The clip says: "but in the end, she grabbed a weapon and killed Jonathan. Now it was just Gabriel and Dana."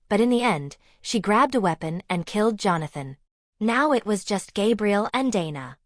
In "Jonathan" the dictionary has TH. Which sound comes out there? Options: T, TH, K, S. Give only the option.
TH